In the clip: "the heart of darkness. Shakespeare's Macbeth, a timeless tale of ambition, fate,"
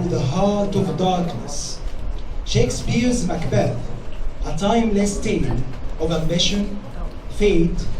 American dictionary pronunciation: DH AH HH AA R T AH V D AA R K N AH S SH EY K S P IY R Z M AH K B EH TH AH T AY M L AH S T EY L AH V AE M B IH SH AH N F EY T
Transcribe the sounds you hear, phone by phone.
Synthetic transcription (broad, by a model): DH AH HH AA R T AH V D AA R K N AH S SH EY K S P IY R Z M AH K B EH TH AH T AY M L AH S T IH N AH V AE M B IH SH AH N F EY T